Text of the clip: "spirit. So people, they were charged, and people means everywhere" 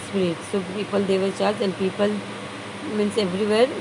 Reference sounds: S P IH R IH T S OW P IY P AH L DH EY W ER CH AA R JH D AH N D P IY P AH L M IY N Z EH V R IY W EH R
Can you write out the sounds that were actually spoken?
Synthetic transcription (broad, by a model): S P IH R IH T S OW P IY P AH L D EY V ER CH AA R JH AH N D P IY P AH L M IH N S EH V R IY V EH R